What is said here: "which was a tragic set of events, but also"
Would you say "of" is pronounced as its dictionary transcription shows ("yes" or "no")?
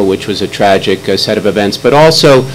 yes